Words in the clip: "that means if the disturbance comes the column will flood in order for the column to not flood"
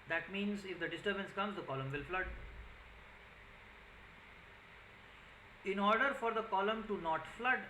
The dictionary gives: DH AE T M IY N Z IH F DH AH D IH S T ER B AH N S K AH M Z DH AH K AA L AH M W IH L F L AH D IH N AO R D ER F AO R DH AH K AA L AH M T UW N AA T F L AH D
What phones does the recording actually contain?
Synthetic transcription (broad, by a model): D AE T M IY N Z IH F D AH D IH S T ER B AH N S K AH M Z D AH K AA L AH M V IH L F L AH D IH N AO R D ER F AO R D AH K AA L AH M T UW N AA T F L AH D